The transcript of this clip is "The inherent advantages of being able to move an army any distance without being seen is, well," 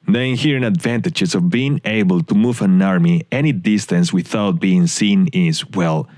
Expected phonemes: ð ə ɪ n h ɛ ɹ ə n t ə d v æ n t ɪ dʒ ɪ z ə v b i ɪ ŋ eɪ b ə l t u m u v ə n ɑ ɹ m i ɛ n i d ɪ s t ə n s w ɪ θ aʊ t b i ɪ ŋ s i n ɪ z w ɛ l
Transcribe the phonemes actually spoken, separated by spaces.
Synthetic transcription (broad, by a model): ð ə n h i ɹ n ə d v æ n t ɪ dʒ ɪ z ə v b i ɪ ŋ eɪ b ə l t u m u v ə n ɑ ɹ m i ɛ n i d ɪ s t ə n s w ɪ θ aʊ t b i ɪ ŋ s i n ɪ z w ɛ l